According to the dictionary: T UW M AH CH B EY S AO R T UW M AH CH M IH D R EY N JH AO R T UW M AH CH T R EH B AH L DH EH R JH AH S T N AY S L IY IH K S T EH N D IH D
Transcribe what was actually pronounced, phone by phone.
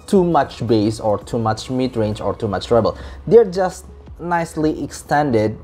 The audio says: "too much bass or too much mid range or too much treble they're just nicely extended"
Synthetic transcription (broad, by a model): T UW M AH CH B EY S AO R T UW M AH CH M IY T R EY N JH AO R T UW M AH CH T R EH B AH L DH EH R JH AH S T N AY S L IY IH K S T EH N D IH D